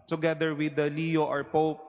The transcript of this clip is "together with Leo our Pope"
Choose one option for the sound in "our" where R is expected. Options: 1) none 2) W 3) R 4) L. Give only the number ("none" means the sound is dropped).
3